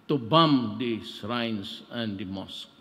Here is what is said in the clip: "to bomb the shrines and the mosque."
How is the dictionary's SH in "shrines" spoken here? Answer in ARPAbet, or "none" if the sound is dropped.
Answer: S